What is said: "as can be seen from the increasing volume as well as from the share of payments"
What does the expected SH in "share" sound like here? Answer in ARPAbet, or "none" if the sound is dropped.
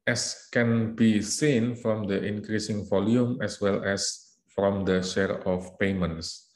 SH